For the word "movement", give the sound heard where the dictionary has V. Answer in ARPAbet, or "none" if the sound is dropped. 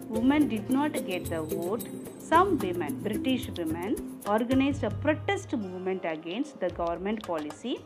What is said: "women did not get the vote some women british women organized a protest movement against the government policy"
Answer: V